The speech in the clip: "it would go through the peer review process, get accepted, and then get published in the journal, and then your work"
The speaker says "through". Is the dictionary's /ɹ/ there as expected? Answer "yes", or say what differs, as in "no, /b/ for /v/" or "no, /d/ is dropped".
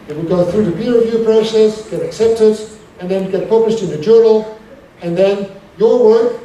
yes